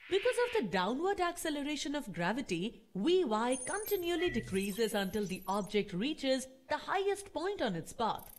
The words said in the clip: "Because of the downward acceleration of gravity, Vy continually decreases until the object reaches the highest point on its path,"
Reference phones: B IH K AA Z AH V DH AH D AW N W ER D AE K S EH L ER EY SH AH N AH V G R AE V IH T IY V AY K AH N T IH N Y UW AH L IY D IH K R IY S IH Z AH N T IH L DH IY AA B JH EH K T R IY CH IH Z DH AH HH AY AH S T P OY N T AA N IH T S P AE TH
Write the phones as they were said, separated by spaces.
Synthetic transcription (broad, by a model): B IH K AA Z AH V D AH D AW N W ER D AE K S EH L ER EY SH AH N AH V G R AE V IH T IY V AY K AH N T IH N Y UW AH L IY D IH K R IY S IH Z AH N T IH L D IY AA B JH EH K T R IY CH IH Z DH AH HH AY AH S T P OY N T AA N IH T S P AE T